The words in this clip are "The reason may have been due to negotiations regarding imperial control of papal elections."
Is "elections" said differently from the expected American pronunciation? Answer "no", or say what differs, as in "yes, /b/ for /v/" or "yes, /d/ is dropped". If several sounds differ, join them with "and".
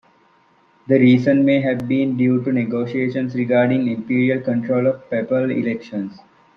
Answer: yes, /s/ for /z/